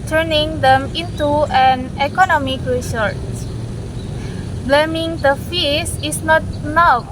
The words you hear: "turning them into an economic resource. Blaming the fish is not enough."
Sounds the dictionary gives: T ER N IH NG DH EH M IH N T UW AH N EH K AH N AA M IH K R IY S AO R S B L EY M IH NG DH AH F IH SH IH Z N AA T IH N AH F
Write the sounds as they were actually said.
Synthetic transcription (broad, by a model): T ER N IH NG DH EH M IH N T UW AH N EH K AH N AA M IH K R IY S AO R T B L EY M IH NG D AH F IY S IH S N AA T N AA